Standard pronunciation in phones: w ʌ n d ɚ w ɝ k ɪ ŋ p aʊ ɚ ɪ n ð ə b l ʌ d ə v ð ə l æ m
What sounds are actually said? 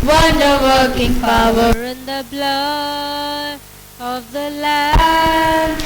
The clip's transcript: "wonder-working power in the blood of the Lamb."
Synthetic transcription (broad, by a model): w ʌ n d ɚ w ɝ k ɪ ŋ p aʊ ɚ ɪ n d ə b l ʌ ə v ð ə l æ